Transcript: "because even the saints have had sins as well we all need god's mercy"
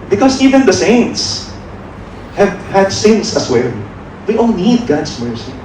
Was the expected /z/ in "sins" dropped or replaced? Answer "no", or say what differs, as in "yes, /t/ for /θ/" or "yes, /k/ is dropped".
yes, /s/ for /z/